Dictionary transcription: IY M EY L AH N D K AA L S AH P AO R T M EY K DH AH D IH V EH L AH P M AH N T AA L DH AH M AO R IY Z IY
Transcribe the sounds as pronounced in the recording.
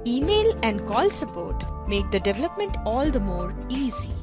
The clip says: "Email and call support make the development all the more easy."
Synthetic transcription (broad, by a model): IY M EY L AH N D K AA L S AH P AO R T M EY K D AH D IH V EH L AH P M AH N T AA L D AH M AO R IY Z IY